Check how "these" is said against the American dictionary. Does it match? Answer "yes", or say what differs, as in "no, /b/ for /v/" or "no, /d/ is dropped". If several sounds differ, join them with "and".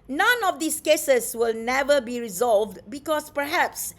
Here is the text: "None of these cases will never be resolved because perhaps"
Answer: no, /s/ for /z/